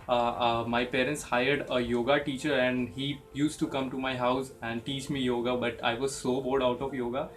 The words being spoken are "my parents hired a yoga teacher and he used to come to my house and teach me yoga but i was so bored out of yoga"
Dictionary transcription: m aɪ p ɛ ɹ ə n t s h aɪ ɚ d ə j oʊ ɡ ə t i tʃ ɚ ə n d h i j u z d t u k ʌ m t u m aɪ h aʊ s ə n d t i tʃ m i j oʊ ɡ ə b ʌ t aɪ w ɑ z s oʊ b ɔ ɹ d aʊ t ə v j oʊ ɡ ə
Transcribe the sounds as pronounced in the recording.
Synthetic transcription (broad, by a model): m aɪ p ɛ ɹ ə n t s h aɪ ɚ d ə j oʊ ɡ ə t i tʃ ɚ ə n d h i j u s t t u k ʌ m t u m aɪ h aʊ s ə n d t i tʃ m i j oʊ ɡ ə b ʌ t aɪ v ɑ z s oʊ b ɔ l d aʊ t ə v j oʊ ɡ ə